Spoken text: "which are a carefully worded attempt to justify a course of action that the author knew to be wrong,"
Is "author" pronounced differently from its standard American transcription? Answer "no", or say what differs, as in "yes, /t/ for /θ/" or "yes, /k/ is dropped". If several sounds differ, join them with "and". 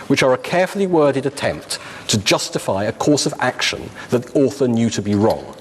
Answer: no